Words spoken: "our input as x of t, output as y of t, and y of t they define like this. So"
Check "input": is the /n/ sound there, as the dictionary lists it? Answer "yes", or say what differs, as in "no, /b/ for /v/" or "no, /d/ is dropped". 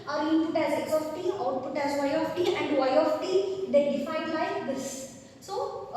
no, /n/ is dropped